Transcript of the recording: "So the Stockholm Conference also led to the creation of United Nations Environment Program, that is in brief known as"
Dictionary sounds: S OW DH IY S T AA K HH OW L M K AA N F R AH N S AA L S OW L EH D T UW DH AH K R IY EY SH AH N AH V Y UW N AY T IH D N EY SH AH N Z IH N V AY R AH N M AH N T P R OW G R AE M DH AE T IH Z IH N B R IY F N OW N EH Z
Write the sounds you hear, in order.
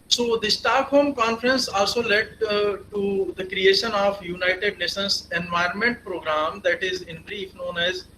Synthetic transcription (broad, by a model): S OW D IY S T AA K HH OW M K AA N F R AH N S AA L S OW L EH D T UW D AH K R IY EY SH AH N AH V Y UW N AY T IH D N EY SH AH N S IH N V AY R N M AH N T P R OW G R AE M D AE T IH Z IH N B R IY F N OW N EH Z